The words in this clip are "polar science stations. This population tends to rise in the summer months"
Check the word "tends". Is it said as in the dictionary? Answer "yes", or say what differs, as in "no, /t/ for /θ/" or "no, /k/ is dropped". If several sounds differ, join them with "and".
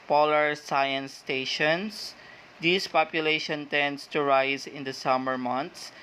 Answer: no, /s/ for /z/